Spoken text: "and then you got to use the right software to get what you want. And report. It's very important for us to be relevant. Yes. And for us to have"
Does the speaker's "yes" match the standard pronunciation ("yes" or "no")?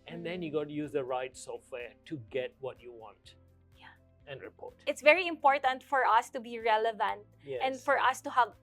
no